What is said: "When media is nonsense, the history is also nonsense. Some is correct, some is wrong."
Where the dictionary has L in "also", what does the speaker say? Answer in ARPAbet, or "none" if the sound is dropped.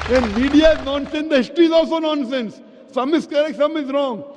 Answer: L